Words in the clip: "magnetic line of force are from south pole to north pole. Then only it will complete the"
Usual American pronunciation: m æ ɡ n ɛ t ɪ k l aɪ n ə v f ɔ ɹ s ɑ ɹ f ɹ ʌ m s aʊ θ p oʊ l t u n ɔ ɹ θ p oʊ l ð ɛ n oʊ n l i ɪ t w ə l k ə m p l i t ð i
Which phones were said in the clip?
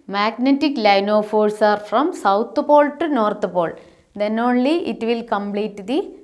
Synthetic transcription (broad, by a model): m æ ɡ n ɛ t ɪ k l aɪ n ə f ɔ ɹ s ɑ ɹ f ɹ ʌ m s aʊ t p oʊ l t u n ɔ ɹ t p oʊ l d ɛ n oʊ n l i ɪ t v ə l k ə m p l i t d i